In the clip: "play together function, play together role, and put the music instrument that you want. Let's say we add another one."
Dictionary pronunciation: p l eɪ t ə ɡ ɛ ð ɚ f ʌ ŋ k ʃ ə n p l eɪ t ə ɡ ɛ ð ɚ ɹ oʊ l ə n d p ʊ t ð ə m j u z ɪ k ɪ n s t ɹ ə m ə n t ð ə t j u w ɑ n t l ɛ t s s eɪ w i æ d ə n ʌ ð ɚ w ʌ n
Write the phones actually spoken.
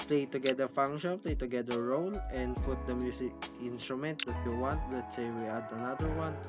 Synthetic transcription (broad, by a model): p l eɪ t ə ɡ ɛ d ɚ f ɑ ŋ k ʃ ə n p l eɪ t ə ɡ ɛ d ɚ ɹ oʊ l ə n d p ʊ t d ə m j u s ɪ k ɪ n s t ɹ ə m ə n t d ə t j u w ɑ n t l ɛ t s s eɪ w i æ d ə n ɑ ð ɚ w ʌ n